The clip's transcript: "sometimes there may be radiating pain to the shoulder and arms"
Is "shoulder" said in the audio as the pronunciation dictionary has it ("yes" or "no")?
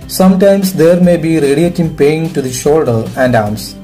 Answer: yes